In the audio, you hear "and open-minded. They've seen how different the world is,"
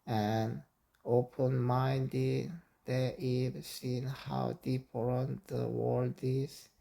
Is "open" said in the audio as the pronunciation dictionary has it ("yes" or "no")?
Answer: yes